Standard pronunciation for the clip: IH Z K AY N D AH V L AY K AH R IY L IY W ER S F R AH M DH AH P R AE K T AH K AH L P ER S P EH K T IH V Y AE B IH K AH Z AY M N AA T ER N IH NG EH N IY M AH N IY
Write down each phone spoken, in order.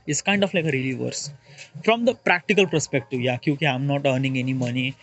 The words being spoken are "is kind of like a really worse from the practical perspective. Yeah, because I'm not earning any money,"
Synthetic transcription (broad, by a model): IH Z K AY N D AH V L AY K AH R IY L IY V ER S F R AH M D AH P R AE K T AH K AH L P ER S P EH K T IH V Y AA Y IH K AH AY M N AA T ER N IH NG EH N IY M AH N IY